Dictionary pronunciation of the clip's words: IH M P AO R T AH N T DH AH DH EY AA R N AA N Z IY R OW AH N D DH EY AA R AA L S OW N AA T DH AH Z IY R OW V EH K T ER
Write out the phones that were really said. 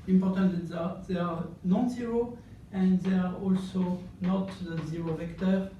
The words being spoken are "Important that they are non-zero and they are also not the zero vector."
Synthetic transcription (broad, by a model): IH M P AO R T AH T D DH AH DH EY AA R N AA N Z IY R OW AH N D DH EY AA R AA L S OW N AA T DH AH Z IY R OW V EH K T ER